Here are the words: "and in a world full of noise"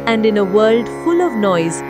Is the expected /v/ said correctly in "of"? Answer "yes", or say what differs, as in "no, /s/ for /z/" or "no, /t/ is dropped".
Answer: yes